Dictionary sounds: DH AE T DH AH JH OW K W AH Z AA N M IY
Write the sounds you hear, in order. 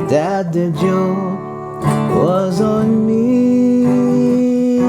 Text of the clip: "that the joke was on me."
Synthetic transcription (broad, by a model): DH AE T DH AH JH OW W AH Z N M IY